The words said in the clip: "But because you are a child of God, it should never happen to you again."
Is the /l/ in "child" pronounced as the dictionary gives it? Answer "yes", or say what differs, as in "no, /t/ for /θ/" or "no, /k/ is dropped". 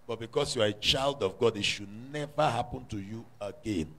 yes